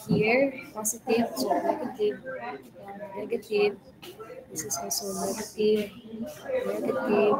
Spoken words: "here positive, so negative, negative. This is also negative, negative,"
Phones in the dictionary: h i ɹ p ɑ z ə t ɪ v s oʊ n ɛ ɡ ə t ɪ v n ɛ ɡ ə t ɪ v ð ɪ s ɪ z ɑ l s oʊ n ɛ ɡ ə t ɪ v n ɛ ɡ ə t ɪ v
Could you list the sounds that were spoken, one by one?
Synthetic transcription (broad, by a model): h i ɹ p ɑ s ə t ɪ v s oʊ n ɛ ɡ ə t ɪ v n ɛ ɡ ə t ɪ v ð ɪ s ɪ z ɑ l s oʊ n ɛ ɡ ə t ɪ v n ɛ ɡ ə t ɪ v